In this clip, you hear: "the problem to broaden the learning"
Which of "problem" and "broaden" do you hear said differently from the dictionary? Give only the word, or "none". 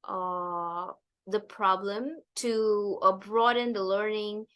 none